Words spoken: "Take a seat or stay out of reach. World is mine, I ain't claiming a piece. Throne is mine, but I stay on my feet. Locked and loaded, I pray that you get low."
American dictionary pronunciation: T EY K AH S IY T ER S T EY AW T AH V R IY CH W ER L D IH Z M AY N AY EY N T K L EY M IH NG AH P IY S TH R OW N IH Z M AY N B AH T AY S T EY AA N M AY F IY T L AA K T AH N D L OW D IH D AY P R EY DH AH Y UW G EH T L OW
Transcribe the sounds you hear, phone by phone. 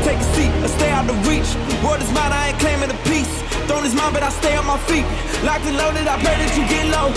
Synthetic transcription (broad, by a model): T EY K AH S IY T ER S T EY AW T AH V R IY CH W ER D IH Z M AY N AY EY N K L EY M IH AH P IY S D OW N IH Z M AY N B AH T AY S T EY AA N M AY F IY T L AA K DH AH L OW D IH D AY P L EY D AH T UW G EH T L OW